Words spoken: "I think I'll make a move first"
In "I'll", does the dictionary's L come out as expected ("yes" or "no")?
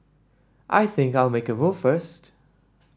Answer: yes